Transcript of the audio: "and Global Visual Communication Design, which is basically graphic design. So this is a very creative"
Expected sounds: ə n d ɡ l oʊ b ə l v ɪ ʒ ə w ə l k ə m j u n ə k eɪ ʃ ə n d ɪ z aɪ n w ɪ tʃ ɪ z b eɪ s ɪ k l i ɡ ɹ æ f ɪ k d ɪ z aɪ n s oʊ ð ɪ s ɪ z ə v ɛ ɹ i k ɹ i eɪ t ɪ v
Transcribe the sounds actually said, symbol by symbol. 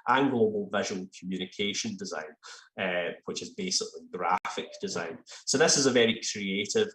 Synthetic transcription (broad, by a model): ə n ɡ l oʊ b ə l v ɪ ʒ ə w ə l k ə m j u n ə k eɪ ʃ ə n d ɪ z aɪ n w ɪ tʃ ɪ z b eɪ s ɪ k l i ɡ ɹ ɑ f ɪ k d ɪ z aɪ n s oʊ ð ɪ s ɪ z ə v ɛ ɹ i k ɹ i eɪ t ɪ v